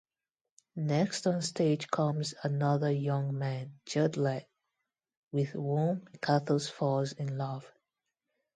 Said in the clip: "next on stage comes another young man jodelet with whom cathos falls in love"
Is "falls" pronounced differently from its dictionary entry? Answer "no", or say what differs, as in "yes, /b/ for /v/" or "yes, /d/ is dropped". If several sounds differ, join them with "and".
yes, /l/ is dropped